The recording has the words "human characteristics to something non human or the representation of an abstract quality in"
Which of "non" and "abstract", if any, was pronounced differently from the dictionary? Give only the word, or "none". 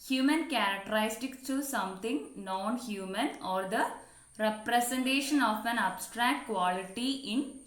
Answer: none